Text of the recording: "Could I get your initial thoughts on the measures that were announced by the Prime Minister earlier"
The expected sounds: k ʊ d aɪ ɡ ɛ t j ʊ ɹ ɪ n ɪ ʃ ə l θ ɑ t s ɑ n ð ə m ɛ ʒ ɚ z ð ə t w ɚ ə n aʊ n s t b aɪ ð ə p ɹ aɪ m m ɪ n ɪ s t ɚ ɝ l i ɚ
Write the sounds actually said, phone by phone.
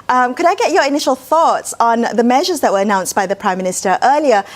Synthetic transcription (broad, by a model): k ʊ d aɪ ɡ ɛ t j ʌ ɹ ɪ n ɪ ʃ ə l θ ɑ t s n ð ə m ɛ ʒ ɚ z ð ə t w ɚ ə n aʊ n s b aɪ ð ə p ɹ aɪ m m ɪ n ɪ s t ɚ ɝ l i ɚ